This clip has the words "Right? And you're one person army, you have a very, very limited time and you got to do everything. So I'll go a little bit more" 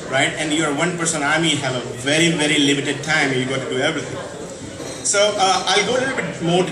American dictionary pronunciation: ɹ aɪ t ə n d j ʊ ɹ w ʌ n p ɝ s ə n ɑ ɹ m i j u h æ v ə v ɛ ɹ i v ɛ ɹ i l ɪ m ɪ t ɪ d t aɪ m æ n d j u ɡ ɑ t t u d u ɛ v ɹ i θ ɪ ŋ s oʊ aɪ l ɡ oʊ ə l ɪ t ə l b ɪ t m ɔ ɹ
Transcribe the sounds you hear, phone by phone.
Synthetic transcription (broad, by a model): ɹ aɪ t ə n d j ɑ ɹ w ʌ n p ɝ s ə n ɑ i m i h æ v ə v ɛ ɹ i v ɛ ɹ i l ɪ m ɪ t ɪ d t aɪ m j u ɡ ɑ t t u d u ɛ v ɹ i t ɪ ŋ s oʊ aɪ l ɡ oʊ ə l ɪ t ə b ɪ t m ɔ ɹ